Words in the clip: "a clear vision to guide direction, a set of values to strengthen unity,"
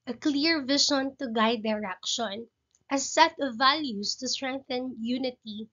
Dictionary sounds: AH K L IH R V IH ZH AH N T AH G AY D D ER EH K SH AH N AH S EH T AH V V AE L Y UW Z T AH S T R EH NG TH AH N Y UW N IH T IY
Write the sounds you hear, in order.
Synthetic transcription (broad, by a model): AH K L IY R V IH SH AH N T AH G AY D D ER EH K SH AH N AH S EH T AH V V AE L Y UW S T AH S T R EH NG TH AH N Y UW N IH T IY